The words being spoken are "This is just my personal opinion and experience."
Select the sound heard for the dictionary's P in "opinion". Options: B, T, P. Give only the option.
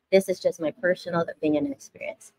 B